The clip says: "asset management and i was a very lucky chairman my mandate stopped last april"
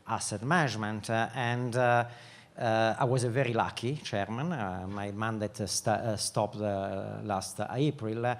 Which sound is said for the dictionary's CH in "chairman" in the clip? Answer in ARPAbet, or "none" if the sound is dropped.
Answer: CH